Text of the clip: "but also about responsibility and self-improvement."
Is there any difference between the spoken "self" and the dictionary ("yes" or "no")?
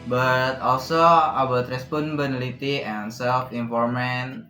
no